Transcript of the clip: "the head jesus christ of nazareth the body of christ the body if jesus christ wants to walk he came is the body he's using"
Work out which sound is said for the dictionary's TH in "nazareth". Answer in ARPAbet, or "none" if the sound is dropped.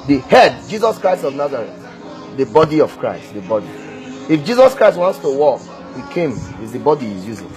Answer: T